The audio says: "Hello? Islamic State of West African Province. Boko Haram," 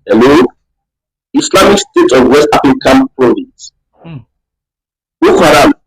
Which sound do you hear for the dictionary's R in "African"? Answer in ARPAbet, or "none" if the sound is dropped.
none